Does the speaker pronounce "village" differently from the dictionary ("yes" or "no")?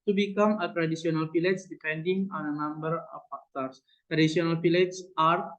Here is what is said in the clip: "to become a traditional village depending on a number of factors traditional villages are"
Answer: yes